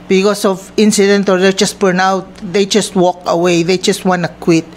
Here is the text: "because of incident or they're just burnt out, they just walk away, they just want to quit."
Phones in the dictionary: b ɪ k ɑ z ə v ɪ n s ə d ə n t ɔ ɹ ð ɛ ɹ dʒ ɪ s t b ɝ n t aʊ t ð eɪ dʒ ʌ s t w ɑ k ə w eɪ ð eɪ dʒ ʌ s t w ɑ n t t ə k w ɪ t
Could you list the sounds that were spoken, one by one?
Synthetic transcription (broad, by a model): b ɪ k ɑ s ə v ɪ n s ə d ə n t ɔ ɹ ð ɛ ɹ dʒ ɪ s t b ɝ n aʊ t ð eɪ dʒ ʌ s t w ɑ k ə w eɪ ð eɪ dʒ ʌ s t w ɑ n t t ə k w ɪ t